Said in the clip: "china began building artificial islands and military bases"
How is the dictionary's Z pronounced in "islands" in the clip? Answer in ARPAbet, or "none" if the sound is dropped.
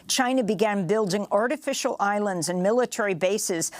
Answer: Z